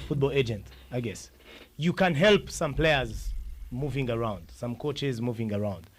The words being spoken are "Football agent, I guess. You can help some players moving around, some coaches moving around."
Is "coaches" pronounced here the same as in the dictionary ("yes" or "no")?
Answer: yes